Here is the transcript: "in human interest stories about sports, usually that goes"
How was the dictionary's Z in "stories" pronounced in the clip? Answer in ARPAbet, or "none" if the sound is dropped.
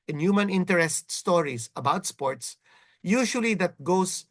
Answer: S